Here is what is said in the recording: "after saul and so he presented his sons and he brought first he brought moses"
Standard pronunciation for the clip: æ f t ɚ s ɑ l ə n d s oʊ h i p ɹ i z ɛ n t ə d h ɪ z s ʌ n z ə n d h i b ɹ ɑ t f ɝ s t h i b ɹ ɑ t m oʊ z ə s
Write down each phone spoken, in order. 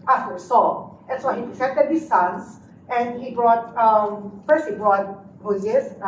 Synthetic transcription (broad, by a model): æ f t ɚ s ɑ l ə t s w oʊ h i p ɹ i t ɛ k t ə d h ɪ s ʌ n s ə n d h i b ɹ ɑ t f ɝ s t h i b ɹ ɑ t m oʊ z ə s